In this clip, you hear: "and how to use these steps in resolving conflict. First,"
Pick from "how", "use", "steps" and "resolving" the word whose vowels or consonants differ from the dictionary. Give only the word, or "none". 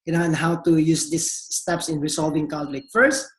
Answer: resolving